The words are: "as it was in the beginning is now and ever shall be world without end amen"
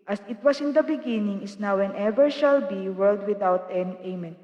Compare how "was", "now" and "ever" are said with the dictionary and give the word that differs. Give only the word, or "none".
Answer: was